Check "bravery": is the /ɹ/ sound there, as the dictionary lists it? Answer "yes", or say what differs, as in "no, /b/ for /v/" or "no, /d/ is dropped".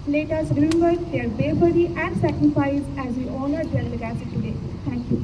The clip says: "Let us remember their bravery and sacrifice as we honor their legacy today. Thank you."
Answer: no, /ɹ/ is dropped